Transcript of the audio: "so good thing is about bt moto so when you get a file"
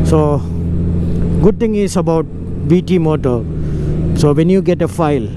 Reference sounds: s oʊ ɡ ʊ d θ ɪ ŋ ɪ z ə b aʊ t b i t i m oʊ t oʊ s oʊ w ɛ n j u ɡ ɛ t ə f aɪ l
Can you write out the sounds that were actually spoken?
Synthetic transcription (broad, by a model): s oʊ ɡ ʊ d t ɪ ŋ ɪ s ə b aʊ t b i t i m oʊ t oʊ s oʊ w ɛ n j u ɡ ɛ t ə f aɪ l